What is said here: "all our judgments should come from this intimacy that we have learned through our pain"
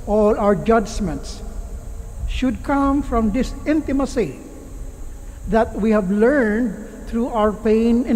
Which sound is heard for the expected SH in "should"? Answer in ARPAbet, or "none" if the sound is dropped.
SH